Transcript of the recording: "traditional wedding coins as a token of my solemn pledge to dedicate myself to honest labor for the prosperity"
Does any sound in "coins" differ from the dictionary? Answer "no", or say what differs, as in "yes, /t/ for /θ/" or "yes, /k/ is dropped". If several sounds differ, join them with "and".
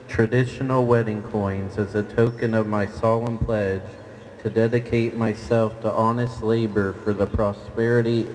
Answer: no